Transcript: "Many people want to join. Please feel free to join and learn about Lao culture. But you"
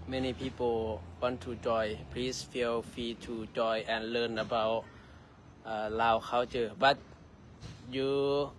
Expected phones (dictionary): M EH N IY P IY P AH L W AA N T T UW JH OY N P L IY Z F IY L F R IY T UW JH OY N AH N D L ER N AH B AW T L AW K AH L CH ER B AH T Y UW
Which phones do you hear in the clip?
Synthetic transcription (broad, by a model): M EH N IY P IY P AH L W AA N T T UW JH OY P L IY S F IY L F IY T UW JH OY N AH N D L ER N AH B AW T L AW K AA W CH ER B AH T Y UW